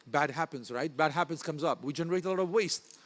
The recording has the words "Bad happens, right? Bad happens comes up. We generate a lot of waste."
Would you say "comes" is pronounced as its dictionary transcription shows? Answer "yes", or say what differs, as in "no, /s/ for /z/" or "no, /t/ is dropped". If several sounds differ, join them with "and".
yes